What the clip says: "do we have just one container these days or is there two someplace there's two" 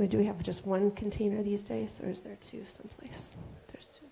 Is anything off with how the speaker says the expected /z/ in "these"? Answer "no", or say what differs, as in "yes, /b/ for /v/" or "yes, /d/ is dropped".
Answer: no